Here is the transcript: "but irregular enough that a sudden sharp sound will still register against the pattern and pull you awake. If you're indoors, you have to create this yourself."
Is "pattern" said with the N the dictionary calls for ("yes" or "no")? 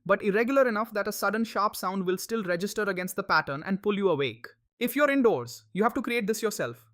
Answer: yes